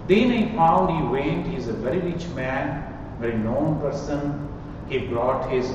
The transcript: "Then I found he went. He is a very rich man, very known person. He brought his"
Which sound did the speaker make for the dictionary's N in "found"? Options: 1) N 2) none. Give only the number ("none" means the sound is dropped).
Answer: 2